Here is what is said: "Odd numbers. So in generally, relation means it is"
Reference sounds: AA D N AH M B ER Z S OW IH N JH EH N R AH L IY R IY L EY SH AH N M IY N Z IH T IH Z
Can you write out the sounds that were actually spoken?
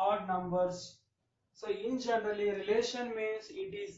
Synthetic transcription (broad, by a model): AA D N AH M B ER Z S OW IH N JH EH N R AH L IY R IY L EY SH AH N M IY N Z IH T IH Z